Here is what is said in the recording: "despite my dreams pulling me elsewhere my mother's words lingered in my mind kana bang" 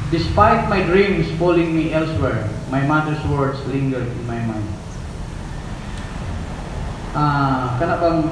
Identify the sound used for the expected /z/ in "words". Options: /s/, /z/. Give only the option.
/s/